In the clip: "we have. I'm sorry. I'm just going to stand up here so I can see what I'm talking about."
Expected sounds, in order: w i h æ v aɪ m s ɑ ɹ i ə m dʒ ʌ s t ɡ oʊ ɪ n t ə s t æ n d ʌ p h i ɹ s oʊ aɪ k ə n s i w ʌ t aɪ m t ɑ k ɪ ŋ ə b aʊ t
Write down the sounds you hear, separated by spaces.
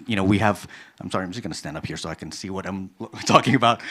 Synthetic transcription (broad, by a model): w i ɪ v aɪ m s ɑ ɹ i ə m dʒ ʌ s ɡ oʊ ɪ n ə s t æ n d ʌ p h i ɹ s oʊ aɪ k ə n s i w ʌ t aɪ m t ɑ k ɪ ŋ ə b aʊ t